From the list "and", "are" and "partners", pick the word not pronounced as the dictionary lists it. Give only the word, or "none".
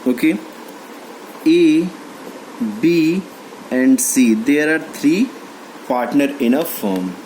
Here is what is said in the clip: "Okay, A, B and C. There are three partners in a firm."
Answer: partners